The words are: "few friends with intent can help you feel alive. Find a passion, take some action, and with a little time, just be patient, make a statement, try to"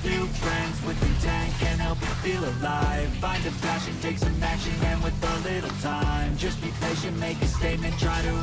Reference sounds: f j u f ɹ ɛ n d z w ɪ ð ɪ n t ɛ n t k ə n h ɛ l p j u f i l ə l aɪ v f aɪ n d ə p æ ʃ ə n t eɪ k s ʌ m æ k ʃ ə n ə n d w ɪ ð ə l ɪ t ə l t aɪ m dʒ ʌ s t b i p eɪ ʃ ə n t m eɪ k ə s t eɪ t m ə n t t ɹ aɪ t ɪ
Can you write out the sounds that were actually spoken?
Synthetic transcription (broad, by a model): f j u f ɹ ɛ n d z w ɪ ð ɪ t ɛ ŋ k ə n h ɛ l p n f i l ə l aɪ v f aɪ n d ə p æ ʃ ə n t eɪ k s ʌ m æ ʃ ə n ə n w ɪ ð ə l ɪ t l t aɪ m dʒ ʌ s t b i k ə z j m eɪ k ə s t eɪ t m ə n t t ɹ aɪ t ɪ